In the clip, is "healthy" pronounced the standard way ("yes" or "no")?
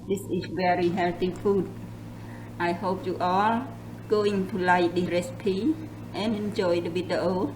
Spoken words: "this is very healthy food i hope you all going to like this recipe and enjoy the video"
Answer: no